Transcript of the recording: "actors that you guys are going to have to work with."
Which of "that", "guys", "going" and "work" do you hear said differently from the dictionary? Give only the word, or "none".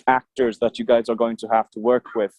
none